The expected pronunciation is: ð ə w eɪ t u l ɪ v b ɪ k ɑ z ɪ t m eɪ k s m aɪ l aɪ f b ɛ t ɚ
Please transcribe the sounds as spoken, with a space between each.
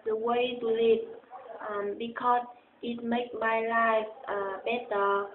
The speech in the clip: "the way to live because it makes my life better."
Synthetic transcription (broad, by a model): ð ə w eɪ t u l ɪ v b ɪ k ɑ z ɪ t m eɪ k m aɪ l aɪ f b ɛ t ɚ